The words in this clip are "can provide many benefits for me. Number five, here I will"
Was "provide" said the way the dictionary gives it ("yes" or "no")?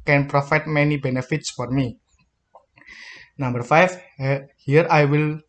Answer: no